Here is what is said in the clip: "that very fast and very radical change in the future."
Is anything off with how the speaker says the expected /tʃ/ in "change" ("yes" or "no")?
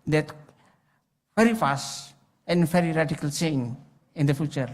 yes